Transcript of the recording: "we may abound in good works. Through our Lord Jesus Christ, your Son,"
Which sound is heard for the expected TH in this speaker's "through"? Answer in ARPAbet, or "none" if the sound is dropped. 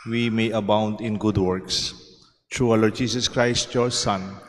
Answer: T